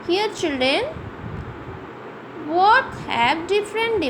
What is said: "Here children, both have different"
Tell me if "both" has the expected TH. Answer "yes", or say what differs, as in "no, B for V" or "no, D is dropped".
no, T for TH